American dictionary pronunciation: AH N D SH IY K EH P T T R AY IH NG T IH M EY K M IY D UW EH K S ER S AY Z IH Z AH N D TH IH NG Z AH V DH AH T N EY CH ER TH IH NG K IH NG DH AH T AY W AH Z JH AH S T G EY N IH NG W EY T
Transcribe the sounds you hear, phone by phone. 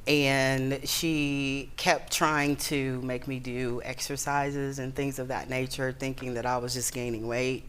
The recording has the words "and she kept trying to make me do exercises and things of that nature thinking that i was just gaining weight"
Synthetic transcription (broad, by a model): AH N SH IY K EH P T T R AY IH NG T IH M EY K M IY D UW EH K S ER S AY Z IH Z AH N TH IH NG Z AH V DH AH T N EY CH ER TH IH NG K IH NG DH AH T AY W AH Z JH AH S G EY N IH NG W EY T